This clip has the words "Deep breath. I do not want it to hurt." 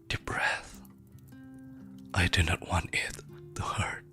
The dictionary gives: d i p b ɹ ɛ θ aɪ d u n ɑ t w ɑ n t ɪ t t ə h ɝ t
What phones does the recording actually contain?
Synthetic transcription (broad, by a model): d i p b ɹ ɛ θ aɪ d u n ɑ t w ɑ n t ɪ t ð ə h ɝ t